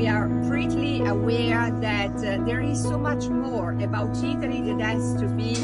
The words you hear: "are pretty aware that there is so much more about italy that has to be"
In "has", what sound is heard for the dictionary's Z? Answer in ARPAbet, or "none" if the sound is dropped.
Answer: S